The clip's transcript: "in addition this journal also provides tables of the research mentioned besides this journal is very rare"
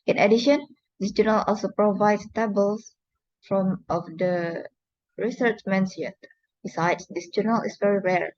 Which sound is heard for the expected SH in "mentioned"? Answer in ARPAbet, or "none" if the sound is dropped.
S